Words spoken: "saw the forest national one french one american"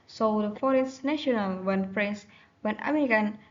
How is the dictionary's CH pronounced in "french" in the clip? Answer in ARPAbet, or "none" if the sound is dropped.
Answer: S